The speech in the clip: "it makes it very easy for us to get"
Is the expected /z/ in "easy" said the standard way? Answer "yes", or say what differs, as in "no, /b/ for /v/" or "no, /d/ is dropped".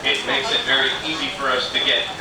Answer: yes